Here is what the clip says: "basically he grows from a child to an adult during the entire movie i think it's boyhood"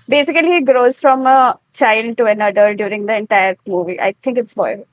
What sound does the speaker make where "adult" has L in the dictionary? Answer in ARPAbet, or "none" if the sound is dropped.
none